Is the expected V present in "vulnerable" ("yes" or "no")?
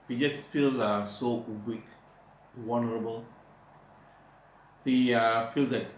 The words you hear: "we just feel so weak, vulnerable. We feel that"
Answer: no